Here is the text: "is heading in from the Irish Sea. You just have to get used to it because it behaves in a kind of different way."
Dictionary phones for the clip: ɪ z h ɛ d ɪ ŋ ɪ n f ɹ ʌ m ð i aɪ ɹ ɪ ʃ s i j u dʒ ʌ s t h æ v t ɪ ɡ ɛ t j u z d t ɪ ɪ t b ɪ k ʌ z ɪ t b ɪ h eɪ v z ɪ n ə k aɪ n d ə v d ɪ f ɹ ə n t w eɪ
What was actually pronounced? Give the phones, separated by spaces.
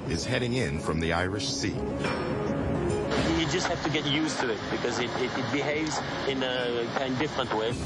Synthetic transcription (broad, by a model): ɪ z h ɛ d ɪ ŋ ɪ n f ɹ ʌ m ð i aɪ ɹ ɪ ʃ s i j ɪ dʒ ʌ s t h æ f t ɪ ɡ ɛ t j u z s t ɪ ɪ t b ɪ k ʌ z ɪ t b ɪ h eɪ v z ɪ n ə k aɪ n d d ɪ f ɹ ə n t w eɪ